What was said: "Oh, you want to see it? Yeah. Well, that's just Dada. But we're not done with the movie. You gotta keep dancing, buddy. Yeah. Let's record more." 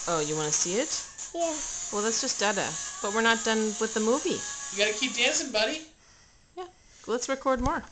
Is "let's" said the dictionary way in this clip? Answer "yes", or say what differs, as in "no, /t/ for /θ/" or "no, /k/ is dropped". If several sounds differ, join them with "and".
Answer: yes